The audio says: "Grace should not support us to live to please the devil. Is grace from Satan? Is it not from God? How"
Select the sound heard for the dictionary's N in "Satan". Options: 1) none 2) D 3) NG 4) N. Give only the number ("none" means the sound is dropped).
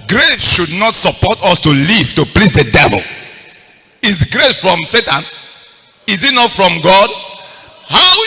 4